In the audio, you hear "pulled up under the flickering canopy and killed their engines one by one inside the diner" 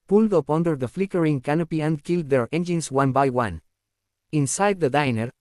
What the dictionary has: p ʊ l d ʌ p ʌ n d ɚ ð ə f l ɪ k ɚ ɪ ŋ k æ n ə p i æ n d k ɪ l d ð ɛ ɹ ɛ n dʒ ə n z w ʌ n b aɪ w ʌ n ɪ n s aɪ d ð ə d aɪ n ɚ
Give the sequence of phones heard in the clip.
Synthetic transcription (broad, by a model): p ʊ l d ʌ p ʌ n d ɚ ð ə f l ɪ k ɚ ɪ ŋ k æ n ə p i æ n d k ɪ l d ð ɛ ɹ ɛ n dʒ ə n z w ʌ n b aɪ w ʌ n ɪ n s aɪ d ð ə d aɪ n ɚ